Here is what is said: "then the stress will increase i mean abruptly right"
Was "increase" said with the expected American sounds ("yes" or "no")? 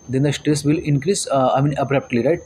yes